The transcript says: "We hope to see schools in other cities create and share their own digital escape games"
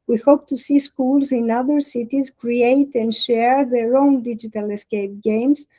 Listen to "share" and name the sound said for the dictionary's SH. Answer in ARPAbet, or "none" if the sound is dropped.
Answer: SH